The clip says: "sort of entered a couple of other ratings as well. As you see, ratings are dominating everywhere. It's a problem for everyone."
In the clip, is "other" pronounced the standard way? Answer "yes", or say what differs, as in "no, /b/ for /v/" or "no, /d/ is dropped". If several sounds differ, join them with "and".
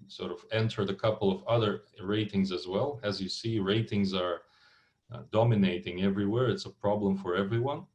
yes